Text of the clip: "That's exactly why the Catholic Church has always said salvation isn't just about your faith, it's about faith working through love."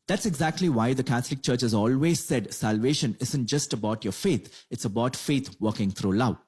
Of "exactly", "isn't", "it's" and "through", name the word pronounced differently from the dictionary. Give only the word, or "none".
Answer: through